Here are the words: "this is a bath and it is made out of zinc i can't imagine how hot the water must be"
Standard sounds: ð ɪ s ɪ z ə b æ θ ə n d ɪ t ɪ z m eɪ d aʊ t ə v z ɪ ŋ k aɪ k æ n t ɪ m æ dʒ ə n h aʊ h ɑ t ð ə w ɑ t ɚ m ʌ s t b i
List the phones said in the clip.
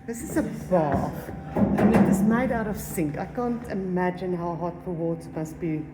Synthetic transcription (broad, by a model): ð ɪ s ɪ z ə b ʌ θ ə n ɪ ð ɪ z m eɪ d aʊ t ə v s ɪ ŋ k aɪ k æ n t ɪ m æ dʒ ə n h aʊ h ɑ t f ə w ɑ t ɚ m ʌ s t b i